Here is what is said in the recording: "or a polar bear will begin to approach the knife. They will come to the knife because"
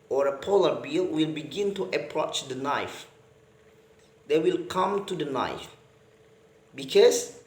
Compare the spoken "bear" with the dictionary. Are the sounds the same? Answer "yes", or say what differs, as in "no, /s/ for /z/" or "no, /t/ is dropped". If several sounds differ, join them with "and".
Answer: no, /l/ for /ɹ/